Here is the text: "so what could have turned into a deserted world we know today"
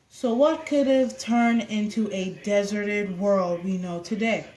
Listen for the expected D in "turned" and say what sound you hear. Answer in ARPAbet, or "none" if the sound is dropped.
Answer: none